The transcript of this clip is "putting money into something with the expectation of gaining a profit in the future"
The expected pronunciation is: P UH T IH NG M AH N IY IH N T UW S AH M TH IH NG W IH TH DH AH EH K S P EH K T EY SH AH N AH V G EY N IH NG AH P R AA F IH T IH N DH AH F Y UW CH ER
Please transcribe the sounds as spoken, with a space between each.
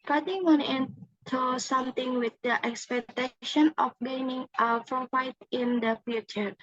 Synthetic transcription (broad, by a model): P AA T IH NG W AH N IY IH N T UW S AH M T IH NG W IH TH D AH EH K S P EH K T EY SH AH N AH F G EY N IH NG AH F R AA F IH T IH N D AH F Y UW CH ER